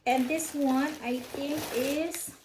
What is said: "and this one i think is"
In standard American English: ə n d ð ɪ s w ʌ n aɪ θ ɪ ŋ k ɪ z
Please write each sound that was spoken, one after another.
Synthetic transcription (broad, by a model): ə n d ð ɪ s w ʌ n aɪ t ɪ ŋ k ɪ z